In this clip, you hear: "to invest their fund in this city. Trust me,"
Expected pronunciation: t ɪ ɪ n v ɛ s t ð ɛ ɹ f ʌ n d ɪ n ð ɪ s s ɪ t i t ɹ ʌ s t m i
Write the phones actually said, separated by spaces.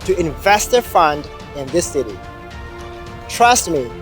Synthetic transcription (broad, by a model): t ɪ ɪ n v ɛ s t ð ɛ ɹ f ʌ n d ɪ n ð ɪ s s ɪ t i t ɹ ʌ s t m i